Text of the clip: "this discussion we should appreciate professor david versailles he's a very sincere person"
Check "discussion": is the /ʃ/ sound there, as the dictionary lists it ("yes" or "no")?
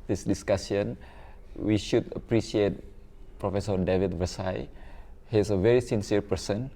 no